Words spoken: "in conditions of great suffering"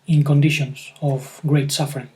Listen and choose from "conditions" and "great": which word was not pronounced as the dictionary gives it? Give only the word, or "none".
conditions